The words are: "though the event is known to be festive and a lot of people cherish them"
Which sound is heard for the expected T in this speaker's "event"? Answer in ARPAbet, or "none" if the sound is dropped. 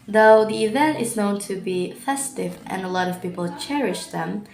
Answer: T